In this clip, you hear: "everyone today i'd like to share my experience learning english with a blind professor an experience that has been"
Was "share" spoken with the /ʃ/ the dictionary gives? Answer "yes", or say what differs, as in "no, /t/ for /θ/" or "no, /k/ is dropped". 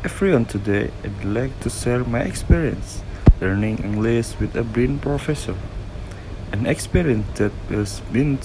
no, /s/ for /ʃ/